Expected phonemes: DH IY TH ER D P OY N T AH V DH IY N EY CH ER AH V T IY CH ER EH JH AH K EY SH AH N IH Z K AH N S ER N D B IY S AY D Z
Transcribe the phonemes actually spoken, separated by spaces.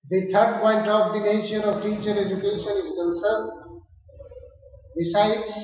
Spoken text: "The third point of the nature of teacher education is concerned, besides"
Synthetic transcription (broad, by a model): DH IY T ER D P OY N T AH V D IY N EY SH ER AH V T IY CH ER EH JH AH K EY SH AH N IH Z K AH N S ER N D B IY S AY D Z